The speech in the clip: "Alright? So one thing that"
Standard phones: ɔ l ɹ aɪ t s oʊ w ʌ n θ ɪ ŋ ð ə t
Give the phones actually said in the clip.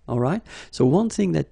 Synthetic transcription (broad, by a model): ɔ l ɹ aɪ t s oʊ w ʌ n θ ɪ ŋ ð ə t